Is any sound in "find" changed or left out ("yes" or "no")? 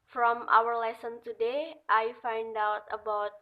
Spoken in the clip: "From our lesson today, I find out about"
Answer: no